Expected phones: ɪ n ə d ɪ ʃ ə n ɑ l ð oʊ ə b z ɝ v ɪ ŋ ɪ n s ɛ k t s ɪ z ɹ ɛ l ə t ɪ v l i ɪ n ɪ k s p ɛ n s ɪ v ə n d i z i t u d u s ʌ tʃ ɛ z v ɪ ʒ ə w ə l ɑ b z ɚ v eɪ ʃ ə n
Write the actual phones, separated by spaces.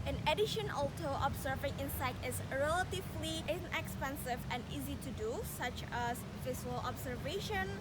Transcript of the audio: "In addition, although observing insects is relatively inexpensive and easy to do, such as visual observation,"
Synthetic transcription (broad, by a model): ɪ n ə d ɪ ʃ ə n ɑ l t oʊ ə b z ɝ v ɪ ŋ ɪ n s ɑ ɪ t ɪ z ɹ ɛ l ə t ɪ v l i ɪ n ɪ k s p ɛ n s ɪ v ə n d i z i t u d u s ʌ tʃ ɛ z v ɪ s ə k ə l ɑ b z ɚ v eɪ ʃ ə n